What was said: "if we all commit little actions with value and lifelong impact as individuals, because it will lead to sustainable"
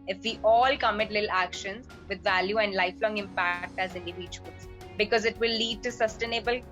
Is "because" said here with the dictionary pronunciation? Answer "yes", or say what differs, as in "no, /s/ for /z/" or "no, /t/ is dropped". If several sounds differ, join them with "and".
yes